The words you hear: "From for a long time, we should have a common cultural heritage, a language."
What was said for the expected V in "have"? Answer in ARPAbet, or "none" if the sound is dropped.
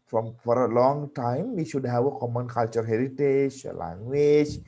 W